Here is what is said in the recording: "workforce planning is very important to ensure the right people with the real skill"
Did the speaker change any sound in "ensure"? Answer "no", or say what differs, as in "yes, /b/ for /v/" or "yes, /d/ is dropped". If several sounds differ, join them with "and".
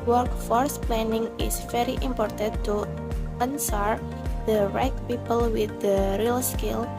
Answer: yes, /s/ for /ʃ/